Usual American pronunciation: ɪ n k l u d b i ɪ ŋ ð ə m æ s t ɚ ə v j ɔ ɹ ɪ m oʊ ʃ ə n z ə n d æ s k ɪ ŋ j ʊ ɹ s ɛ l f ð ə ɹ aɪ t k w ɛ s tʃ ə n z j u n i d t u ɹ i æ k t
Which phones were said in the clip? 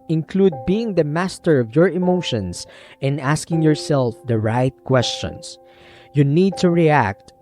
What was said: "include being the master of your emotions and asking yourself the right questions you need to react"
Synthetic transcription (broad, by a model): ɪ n k l u d b i ɪ ŋ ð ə m æ s t ɚ ə v j ɔ ɹ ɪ m oʊ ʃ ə n s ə n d æ s k ɪ ŋ j ʊ ɹ s ɛ l f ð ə ɹ aɪ t k w ɛ s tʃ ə n s j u n i d t u ɹ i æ k t